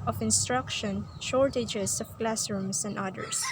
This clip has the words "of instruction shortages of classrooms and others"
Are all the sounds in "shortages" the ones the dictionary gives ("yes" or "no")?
no